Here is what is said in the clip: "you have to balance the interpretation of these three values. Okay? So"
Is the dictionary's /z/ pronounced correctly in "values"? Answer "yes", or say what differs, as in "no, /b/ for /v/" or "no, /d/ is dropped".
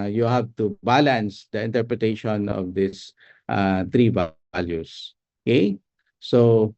no, /s/ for /z/